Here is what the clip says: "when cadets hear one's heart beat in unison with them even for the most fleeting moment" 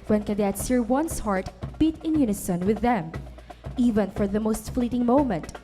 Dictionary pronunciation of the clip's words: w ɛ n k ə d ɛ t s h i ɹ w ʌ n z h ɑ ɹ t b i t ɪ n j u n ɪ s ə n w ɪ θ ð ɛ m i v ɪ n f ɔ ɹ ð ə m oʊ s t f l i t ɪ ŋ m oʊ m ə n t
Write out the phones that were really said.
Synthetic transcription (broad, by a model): w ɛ n k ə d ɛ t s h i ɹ w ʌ n s h ɑ ɹ t b i t ɪ n j u n ɪ s ə n w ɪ ð ɛ m i v ɪ n f ɔ ɹ ð ə m oʊ s t f l i t ɪ ŋ m oʊ m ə n t